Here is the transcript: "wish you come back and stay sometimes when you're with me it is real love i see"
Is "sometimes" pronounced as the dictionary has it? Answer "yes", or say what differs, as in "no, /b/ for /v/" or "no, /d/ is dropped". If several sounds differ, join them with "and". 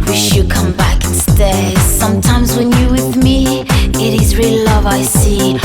yes